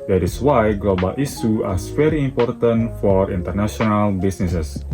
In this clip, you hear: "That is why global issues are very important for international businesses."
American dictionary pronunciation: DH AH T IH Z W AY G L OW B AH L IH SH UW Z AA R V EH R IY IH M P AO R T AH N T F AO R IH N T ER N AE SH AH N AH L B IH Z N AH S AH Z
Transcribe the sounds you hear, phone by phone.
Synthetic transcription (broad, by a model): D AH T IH S W AY G L OW B AH L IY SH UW AA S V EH R IY M P AO R T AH N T F AO R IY N T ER N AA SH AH N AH L B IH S N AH S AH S